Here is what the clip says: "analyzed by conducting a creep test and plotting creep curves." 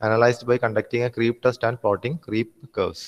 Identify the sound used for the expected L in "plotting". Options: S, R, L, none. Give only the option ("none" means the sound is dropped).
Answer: none